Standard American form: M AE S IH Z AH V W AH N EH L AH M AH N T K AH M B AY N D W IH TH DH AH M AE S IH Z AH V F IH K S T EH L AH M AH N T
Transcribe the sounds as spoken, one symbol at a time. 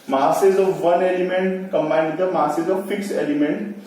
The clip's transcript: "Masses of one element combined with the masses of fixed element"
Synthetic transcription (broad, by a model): M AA S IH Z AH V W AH N EH L AH M AH N T K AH M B AY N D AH M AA S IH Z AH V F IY K S EH L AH M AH N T